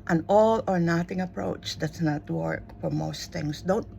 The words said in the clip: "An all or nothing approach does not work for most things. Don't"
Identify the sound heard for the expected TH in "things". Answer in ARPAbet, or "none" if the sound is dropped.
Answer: T